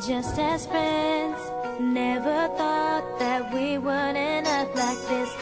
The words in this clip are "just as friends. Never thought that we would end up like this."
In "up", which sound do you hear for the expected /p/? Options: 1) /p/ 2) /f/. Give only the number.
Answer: 2